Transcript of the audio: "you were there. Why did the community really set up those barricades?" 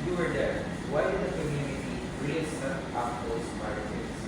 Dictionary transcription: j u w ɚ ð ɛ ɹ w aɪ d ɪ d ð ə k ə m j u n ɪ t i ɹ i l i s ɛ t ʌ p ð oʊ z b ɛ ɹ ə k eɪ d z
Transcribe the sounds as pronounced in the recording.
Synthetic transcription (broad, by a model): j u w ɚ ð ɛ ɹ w aɪ d ɪ d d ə k ə m j u n ɪ t i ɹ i i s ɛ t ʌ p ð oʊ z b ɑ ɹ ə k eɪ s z